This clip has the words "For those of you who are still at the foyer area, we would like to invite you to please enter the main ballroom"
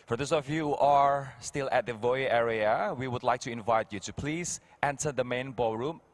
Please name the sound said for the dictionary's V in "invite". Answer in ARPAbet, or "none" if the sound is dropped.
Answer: V